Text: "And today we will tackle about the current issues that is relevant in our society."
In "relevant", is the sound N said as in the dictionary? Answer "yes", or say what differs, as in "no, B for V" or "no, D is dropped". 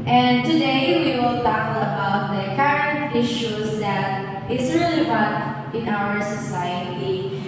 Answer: no, N is dropped